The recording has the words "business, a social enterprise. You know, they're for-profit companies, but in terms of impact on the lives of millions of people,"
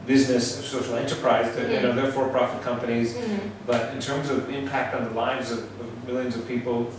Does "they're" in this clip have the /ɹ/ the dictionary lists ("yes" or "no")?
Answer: yes